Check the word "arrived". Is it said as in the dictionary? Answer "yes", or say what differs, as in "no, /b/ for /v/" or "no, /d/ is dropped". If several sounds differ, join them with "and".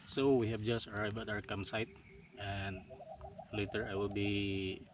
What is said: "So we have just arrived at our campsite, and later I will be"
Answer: no, /d/ is dropped